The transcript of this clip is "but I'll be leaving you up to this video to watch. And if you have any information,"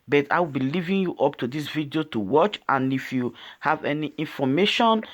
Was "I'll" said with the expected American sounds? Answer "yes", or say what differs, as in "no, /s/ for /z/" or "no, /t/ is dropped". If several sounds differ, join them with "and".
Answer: no, /w/ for /l/